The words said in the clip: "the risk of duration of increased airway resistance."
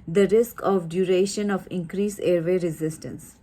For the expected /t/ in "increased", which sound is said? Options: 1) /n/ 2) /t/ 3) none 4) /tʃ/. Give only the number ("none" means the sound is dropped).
3